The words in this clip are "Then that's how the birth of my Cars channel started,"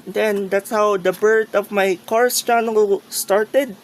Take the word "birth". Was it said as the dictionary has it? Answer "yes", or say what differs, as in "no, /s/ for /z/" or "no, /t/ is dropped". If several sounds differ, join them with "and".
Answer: no, /t/ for /θ/